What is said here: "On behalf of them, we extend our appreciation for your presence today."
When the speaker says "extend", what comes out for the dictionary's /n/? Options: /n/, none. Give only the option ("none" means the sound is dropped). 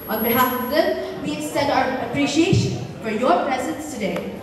none